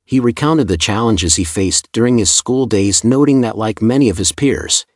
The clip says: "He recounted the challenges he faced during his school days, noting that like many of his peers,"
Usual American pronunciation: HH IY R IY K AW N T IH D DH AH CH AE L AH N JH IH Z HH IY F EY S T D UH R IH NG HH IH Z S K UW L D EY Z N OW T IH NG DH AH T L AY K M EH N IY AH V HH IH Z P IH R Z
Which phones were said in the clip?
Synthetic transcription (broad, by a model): HH IY R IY K AW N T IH D DH AH CH AE L AH N JH IH Z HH IY F EY S D UH R IH NG IH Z S K UW L D EY Z N OW T IH NG DH AH T L AY K M EH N IY AH V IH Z P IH R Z